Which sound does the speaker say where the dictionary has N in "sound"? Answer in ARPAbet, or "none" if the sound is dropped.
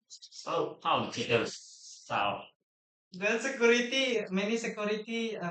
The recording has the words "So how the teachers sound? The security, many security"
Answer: none